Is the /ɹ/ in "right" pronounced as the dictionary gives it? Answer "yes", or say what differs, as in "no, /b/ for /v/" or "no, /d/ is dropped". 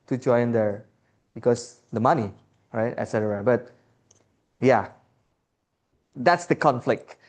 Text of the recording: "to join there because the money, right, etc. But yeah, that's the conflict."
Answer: yes